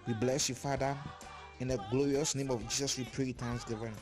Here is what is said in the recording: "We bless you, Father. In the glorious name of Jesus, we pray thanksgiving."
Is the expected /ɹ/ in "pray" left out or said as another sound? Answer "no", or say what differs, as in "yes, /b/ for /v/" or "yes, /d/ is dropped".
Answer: no